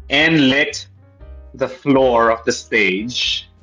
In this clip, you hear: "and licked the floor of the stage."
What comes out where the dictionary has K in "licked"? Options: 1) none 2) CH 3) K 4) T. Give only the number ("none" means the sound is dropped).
1